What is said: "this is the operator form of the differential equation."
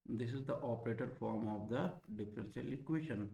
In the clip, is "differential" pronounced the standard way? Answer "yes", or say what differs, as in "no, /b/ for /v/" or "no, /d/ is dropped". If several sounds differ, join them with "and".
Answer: no, /s/ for /ʃ/